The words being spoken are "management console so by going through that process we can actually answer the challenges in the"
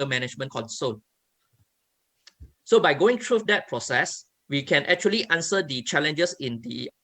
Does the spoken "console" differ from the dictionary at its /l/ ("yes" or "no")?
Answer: yes